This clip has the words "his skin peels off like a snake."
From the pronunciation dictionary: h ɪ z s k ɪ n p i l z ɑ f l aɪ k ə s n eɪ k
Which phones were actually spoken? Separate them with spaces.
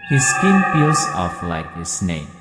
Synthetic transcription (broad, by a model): h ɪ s k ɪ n f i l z ɑ f l aɪ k ə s n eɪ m